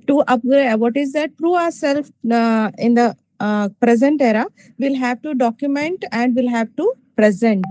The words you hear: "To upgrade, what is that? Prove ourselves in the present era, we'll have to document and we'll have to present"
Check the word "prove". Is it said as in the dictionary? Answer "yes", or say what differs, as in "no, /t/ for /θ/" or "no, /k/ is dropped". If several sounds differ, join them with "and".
no, /v/ is dropped